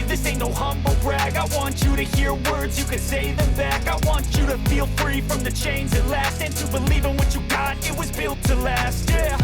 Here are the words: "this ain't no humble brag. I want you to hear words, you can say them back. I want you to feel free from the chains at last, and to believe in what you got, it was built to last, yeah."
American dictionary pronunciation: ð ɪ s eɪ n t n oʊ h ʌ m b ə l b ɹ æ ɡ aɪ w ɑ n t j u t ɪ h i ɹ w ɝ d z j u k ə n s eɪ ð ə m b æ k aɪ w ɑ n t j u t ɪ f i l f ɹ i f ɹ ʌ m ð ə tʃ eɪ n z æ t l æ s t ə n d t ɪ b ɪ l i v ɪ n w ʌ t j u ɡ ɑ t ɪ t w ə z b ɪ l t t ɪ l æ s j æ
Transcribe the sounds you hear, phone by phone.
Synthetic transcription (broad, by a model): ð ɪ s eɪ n n oʊ h ʌ m b l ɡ ɹ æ ɡ aɪ w ɑ n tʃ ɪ t ɪ h i ɹ w ɝ d z j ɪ k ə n s eɪ ð ə m b æ k aɪ w ɑ n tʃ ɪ t ɪ f i l f ɹ i f ɹ ʌ m ð ə tʃ eɪ n z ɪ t l æ s t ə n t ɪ b ɪ l i v ɪ n w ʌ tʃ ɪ ɡ ɑ t ɪ t w ə z b ɪ l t t ɪ l æ s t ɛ